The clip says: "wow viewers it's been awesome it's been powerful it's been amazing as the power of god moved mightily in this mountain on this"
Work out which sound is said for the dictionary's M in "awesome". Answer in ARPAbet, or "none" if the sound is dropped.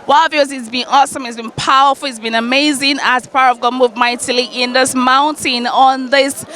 M